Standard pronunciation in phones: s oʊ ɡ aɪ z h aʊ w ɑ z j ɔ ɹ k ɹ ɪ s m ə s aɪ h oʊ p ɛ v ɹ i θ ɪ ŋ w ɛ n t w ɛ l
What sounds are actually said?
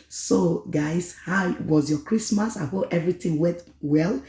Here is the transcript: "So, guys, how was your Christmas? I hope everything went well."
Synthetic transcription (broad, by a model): s oʊ ɡ aɪ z h aʊ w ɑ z j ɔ k ɹ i s m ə s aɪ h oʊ ɛ v ɹ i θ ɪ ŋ w ɛ n t w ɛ l